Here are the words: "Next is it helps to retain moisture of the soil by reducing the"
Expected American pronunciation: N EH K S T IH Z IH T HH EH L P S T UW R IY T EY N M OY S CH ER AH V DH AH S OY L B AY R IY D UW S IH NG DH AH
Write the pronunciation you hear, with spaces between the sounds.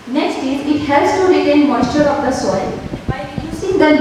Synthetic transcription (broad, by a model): N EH K S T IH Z IH T HH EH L S T UW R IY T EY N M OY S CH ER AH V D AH S OY L B AY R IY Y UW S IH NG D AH